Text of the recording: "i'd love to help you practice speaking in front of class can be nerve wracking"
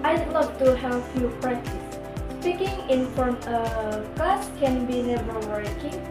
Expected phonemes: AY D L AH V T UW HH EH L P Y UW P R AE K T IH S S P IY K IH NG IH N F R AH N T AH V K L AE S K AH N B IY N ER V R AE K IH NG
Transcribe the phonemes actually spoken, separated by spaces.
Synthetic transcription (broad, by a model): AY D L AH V T UW HH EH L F Y UW P R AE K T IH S S P IY K IH NG IH N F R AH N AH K AA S K AH N B IY N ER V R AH K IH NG